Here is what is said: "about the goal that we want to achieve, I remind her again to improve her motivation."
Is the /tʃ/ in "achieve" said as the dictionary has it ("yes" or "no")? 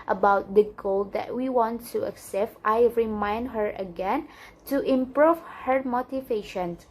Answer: no